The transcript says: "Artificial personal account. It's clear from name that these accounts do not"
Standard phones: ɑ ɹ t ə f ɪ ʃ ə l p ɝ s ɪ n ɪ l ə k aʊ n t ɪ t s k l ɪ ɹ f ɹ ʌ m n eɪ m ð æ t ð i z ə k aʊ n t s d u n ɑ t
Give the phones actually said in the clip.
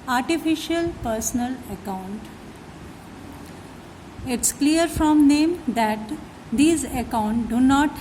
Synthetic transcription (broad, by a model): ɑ ɹ t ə f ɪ ʃ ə l p ɝ s ɪ n ɪ l ə k aʊ n t ɪ t s k l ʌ ɹ f ɹ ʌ m n eɪ m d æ t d i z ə k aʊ n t d u n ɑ t